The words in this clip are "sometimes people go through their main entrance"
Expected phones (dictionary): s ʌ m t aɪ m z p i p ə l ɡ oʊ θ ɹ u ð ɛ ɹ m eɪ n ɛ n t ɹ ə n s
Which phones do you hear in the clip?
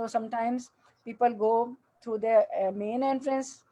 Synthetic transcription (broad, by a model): s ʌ m t aɪ m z p i p ə l ɡ oʊ t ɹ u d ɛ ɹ m eɪ n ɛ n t ɹ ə n s